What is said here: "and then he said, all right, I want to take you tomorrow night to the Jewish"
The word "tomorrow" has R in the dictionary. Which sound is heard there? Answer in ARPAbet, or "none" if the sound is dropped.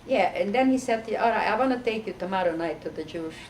R